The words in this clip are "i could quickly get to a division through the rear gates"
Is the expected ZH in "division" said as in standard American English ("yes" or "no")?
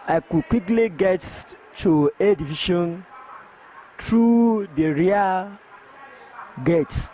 no